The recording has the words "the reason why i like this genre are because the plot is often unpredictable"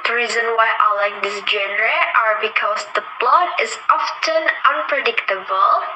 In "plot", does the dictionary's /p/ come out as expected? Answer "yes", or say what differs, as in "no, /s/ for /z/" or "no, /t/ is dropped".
no, /b/ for /p/